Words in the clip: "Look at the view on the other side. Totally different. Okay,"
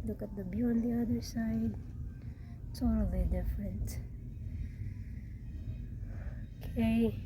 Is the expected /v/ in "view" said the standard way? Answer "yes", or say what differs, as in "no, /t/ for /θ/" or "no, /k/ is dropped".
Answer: no, /b/ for /v/